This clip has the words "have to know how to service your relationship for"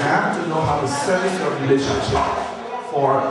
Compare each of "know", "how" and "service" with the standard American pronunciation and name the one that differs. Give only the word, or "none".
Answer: service